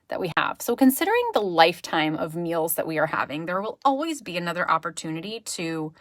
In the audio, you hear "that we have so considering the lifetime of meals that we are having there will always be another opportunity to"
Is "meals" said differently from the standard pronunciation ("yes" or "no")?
no